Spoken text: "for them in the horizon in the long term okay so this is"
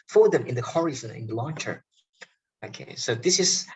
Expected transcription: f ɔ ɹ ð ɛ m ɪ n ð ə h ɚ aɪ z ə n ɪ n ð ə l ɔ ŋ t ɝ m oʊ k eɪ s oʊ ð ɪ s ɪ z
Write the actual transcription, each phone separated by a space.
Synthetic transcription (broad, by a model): f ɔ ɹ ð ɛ m ɪ n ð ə h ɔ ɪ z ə n ɪ n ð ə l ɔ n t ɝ oʊ k eɪ s oʊ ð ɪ s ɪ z